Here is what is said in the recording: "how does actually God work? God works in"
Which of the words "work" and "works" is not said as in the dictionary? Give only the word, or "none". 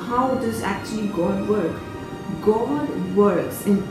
none